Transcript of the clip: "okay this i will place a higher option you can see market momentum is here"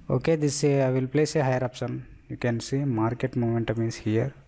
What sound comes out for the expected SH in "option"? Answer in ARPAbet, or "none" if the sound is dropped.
S